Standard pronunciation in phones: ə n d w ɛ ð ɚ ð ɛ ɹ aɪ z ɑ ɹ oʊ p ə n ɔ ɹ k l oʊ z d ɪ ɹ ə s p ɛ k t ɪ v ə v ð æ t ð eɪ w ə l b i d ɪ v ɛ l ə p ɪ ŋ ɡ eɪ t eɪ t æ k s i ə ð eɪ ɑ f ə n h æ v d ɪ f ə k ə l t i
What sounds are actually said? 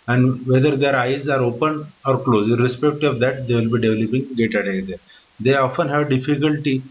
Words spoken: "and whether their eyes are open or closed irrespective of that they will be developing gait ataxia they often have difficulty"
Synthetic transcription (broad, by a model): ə n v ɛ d ɚ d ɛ ɹ aɪ z ɑ ɹ oʊ p ə n ɔ ɹ k l oʊ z ɪ ɹ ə s p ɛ k t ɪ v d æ t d eɪ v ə l b i d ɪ v l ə p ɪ ŋ ɡ eɪ t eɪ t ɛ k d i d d eɪ ɑ f ə n h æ v d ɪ f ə k ə l t i